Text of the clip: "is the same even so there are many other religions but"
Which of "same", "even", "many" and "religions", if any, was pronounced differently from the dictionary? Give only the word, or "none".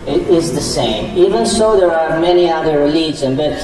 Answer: religions